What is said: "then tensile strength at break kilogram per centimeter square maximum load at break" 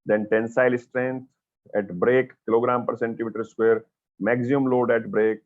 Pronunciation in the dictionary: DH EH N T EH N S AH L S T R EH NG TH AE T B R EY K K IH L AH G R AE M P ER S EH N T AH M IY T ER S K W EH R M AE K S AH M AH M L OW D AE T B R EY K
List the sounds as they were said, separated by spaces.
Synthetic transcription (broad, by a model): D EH N T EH N S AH L S T R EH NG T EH T B R EY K K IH L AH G R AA M P ER S EH N T AH M IY T ER S K W EH R M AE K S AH AH M L OW D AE T B R EY K